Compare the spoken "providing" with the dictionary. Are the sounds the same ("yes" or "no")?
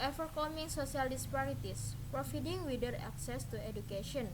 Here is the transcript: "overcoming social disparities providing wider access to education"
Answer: no